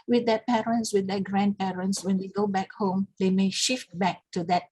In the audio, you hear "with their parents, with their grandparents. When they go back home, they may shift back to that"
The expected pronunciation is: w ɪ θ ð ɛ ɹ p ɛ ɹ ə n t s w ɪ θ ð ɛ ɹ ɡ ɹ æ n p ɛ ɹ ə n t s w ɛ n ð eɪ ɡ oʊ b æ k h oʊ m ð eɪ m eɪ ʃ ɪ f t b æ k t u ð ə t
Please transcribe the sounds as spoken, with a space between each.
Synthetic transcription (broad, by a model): w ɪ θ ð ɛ p ɛ ɹ ə n t s w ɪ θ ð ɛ ɡ ɹ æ n p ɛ ɹ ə n t s w ɛ n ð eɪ ɡ oʊ b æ k h oʊ m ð eɪ m eɪ ʃ ɪ f t b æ k t u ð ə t